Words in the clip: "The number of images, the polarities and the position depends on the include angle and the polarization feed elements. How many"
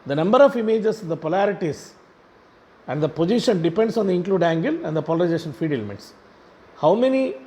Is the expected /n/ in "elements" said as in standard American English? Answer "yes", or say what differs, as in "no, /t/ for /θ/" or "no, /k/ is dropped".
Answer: no, /n/ is dropped